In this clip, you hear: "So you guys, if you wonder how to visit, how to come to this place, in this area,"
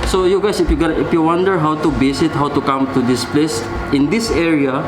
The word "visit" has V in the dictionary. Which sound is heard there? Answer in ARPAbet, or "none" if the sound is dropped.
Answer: B